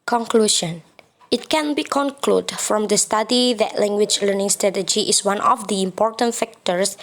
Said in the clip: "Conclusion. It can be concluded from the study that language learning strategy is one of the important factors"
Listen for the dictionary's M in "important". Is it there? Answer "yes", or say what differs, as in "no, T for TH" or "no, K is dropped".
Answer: yes